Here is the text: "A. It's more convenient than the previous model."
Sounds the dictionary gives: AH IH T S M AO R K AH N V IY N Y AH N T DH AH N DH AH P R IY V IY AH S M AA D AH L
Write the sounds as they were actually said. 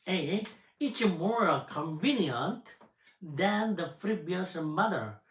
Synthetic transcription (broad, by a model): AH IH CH M AO R K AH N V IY N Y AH N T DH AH N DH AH F R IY B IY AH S M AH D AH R